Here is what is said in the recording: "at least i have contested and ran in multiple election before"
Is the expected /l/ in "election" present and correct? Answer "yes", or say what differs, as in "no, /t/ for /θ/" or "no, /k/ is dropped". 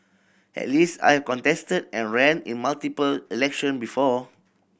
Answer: yes